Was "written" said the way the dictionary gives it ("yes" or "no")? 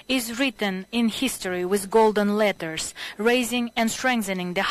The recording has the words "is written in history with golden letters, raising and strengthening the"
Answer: yes